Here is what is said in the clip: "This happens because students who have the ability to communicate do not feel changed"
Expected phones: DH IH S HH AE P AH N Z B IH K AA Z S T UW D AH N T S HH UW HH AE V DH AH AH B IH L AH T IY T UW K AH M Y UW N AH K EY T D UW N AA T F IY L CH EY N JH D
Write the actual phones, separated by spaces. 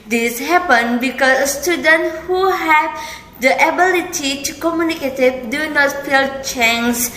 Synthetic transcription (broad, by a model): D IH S HH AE P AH N B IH K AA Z S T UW D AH N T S HH UW HH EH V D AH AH B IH L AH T IY T UW K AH M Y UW N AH K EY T D UW N AA T F IY L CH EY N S